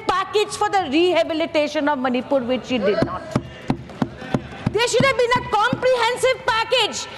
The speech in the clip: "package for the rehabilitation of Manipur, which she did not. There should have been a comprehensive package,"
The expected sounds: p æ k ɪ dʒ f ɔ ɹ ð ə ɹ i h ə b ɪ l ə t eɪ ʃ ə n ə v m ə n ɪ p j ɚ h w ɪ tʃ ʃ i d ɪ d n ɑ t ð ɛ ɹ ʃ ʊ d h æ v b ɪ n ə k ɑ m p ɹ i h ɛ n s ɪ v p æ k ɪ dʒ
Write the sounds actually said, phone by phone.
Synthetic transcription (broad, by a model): p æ k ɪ dʒ f ɔ ɹ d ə ɹ i h ə b ɪ l ə t eɪ ʃ ə n ə v m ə n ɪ p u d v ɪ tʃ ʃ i d ɪ d n ɑ t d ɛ ɹ ʃ ʊ d h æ v b ɪ n ə k ɑ m p ɹ i h ɛ n s ɪ v p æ k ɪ dʒ